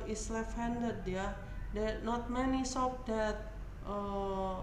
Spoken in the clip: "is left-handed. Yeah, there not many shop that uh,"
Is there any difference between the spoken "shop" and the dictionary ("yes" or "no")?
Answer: yes